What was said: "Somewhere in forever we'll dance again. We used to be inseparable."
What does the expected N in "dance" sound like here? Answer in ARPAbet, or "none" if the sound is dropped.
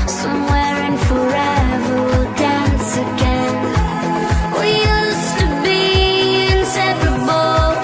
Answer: N